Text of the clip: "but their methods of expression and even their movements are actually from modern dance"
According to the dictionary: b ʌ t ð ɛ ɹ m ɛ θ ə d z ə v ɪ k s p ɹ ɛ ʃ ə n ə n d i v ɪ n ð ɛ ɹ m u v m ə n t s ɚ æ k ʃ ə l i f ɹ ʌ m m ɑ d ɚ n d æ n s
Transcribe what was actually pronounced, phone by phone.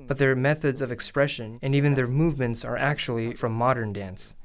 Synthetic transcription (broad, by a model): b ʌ t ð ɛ ɹ m ɛ θ ə d z ə v ɪ k s p ɹ ɛ ʃ ə n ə n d i v ɪ n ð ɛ ɹ m u v m ə n t s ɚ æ k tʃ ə l i f ɹ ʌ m m ɑ d ɚ n d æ n s